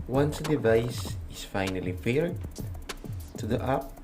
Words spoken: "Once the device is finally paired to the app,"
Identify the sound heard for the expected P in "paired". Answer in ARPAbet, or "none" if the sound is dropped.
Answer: F